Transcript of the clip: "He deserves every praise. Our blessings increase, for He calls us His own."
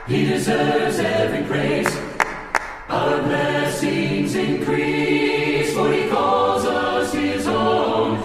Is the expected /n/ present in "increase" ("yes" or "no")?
yes